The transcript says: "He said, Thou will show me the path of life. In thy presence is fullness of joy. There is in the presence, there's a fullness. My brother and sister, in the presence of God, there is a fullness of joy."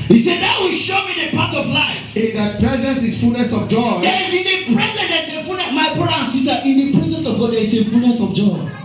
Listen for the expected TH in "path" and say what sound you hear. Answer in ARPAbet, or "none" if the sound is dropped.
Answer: T